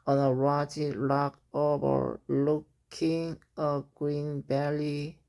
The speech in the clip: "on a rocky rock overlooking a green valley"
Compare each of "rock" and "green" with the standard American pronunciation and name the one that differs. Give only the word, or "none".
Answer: rock